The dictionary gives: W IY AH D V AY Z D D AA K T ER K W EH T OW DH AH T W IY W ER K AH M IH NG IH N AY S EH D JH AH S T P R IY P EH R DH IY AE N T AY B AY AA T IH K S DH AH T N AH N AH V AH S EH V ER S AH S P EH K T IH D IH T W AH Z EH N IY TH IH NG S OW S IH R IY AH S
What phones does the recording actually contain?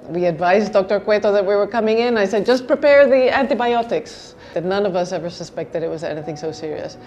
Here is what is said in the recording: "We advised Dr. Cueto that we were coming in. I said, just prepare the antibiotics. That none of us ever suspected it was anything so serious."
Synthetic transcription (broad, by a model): W IY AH D V AY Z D D AA K T ER K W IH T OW DH AH T W IY W ER K AH M IH NG IH N AY S EH D JH AH S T P R IY P EH R DH IY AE N T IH B AY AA T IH K S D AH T N AH N AH V AH S EH V ER S AH S P EH K T IH D IH T W AH Z EH N IY TH IH NG S OW S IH R IY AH S